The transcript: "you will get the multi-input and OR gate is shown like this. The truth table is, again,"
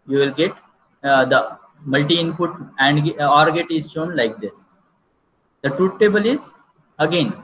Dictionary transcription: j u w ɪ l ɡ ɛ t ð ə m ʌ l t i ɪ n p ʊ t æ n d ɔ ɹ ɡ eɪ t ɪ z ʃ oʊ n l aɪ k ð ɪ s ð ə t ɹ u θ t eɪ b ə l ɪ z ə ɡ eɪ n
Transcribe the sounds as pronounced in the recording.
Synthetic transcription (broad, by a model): j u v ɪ l ɡ ɛ t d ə m ʌ l t i ɪ n p ʊ t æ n d ɔ ɹ ɡ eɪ t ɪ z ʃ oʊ n l aɪ k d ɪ s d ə t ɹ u t t eɪ b ə l ɪ z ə ɡ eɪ n